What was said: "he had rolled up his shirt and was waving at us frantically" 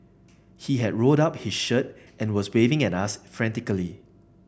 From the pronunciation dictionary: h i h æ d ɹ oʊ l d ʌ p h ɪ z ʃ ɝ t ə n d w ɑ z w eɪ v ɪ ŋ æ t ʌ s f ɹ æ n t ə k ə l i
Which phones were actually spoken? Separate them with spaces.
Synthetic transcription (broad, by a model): h i h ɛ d ɹ oʊ d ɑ p h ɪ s ʃ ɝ t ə n w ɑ s w eɪ v ɪ ŋ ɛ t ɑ s f ɹ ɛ n t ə k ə l i